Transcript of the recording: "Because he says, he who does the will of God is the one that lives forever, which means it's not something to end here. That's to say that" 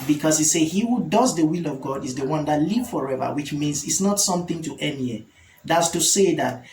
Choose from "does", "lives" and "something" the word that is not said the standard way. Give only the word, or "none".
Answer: lives